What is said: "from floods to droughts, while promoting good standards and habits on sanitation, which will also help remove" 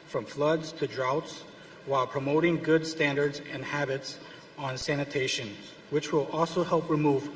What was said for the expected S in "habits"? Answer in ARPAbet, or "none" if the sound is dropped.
S